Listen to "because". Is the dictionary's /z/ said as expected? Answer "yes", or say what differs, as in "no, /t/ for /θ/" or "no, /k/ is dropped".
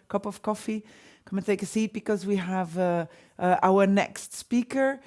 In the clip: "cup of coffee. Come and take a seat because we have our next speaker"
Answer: yes